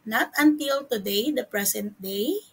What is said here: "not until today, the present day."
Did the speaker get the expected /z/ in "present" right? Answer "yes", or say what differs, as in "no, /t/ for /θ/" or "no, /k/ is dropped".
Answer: no, /s/ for /z/